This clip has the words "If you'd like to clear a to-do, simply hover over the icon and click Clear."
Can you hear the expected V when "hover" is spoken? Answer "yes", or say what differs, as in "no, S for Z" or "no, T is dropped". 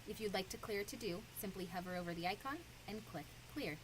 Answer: yes